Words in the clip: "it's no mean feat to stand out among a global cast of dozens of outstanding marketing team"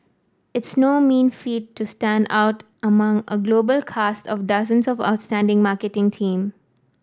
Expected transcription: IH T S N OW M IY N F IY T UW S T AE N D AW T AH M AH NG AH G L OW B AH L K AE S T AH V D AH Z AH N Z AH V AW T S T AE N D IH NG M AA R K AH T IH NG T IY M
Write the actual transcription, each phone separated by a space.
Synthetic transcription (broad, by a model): IH T S N OW M IY N F IY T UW S T AE N D AW T AH M AH NG AH G L OW B AH L K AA S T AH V D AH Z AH N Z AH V AW T S T AE N D IH NG M AA R K AH T IH NG T IY M